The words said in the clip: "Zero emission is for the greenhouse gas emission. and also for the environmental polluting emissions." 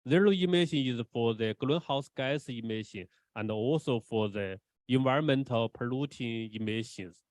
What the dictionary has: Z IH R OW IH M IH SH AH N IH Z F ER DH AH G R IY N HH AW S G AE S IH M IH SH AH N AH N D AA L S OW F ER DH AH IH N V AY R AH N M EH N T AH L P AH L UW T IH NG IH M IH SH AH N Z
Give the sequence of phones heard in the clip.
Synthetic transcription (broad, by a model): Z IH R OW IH M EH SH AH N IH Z F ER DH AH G L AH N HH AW S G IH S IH M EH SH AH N AH N D AA L S OW F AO DH AH IH N V AY R AH N M EH N T AH L P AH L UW T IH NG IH M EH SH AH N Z